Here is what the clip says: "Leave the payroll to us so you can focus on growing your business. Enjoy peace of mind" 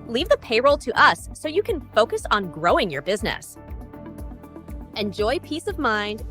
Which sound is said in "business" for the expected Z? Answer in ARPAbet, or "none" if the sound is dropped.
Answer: Z